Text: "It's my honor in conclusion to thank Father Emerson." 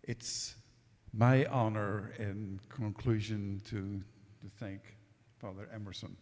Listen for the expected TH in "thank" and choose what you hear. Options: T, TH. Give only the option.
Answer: TH